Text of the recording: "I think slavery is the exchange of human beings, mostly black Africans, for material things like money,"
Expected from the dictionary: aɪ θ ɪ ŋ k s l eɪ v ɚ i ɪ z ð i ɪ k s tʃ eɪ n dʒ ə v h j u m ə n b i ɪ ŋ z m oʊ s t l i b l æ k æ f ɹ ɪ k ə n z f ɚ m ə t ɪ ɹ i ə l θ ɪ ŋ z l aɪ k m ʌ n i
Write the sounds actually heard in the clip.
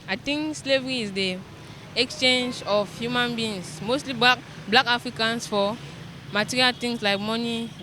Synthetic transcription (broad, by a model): aɪ t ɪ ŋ k s l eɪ v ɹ i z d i ɪ k s tʃ eɪ n dʒ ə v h j u m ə n b i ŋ s m oʊ s t l i b l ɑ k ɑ f ɹ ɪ k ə n s f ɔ m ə t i ɹ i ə l t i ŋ s l aɪ k m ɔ n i